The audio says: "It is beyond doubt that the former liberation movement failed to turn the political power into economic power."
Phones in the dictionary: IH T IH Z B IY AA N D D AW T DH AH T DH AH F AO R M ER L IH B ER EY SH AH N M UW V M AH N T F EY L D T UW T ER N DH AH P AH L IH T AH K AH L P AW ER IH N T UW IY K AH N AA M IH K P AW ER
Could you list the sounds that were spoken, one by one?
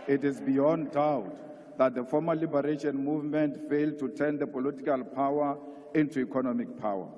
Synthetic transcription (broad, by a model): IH T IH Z B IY AA N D D AW T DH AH T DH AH F AO M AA L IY B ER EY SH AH N M UW V M AH N T F EY L D T UW T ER N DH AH P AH L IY T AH K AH L P AW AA IH N T UW IY K AH N AA M IH K P AW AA